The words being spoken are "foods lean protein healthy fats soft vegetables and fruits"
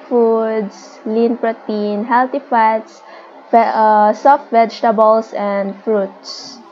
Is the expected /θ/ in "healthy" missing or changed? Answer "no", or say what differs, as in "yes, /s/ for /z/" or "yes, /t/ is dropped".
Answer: yes, /t/ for /θ/